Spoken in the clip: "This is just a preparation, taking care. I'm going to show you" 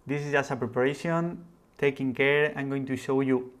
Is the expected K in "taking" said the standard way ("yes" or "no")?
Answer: yes